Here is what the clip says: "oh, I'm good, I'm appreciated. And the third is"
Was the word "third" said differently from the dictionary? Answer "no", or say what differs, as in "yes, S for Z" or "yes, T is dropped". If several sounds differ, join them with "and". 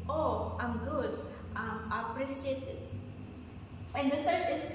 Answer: yes, S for TH